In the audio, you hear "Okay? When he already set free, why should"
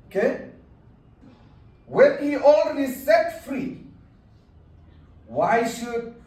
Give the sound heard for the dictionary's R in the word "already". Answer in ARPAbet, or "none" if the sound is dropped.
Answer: L